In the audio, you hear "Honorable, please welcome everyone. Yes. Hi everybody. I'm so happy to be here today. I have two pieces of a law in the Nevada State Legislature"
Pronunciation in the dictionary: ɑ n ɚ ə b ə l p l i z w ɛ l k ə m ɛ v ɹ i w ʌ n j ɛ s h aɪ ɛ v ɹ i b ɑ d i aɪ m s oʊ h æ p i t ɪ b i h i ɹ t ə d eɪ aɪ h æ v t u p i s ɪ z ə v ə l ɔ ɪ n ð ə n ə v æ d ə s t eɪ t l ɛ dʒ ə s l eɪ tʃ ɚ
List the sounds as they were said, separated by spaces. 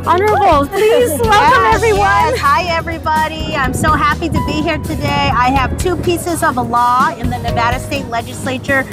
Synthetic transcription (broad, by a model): ɑ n ɚ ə b l p l i z w ɛ l k ə m ɛ v ɹ i w ʌ n h aɪ ɛ v ɹ i b ɑ d i aɪ m s oʊ h æ p i t ɪ b i h i ɹ t ə d eɪ aɪ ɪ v t u p i s ɪ z ə v ə l ɔ ɪ n ð ə n ə v æ d ə s t eɪ t l ɛ dʒ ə s l eɪ tʃ ɚ